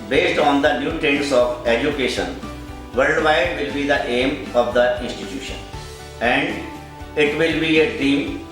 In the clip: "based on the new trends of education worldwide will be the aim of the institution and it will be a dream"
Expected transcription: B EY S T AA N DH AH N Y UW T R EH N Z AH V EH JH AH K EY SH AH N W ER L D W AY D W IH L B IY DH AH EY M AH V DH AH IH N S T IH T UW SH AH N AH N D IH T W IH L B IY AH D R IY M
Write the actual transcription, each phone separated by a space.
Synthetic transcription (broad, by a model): B EY S T AA N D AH N Y UW T EH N S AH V EH JH AH K EY SH AH N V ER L D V AY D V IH L B IY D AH EY M AH V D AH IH N S T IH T UW SH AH N AH N D IH T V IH L B IY AH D R IY M